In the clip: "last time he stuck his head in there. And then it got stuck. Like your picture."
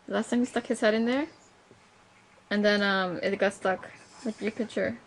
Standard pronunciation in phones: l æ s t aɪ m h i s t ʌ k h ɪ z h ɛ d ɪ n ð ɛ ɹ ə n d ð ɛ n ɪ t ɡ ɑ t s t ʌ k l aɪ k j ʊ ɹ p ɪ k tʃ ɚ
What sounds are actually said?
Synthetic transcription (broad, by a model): l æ s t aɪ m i s t ʌ k h ɪ z h ɛ d ɪ n ð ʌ ɹ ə n ð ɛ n ɪ t ɡ ɑ t s t ʌ k w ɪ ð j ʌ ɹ p ɪ k tʃ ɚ